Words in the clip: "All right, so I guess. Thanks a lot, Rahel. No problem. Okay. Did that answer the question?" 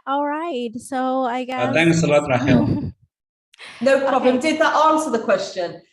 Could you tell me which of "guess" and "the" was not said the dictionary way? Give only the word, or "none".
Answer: guess